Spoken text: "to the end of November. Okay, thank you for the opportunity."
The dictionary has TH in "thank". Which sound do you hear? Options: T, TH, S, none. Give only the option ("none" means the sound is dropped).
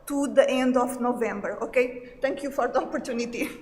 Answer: T